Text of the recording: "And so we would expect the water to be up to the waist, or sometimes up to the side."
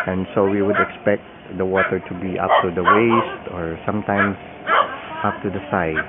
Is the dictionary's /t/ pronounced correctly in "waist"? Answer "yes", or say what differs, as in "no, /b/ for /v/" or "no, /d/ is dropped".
yes